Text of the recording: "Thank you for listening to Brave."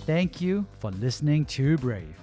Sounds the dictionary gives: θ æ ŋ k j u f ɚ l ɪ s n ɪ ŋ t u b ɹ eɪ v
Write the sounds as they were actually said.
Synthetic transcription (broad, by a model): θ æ ŋ k j u f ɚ l ɪ s n ɪ ŋ t u b ɹ eɪ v